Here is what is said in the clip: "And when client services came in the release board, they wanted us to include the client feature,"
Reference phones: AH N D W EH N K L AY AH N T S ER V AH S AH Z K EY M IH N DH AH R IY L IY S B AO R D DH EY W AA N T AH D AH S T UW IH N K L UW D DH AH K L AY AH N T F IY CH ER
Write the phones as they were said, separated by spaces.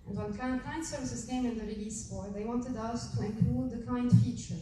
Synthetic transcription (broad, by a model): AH N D W EH N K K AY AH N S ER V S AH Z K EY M IH N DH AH R IY L IY S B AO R DH EY W AA N T AH D AH S T UW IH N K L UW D DH AH K AY N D F IY CH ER